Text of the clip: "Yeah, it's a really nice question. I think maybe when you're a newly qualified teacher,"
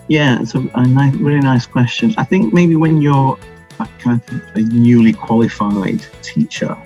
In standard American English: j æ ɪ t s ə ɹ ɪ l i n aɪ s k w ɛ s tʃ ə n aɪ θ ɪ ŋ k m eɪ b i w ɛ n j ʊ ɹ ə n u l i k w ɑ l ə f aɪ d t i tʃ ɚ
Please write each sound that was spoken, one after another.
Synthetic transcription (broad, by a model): j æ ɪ t s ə ɹ ɪ l i n aɪ s k w ɛ s tʃ ə n aɪ θ ɪ ŋ k m eɪ b i w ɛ n j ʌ ɹ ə n u l i k w ɑ l ə f aɪ d t i tʃ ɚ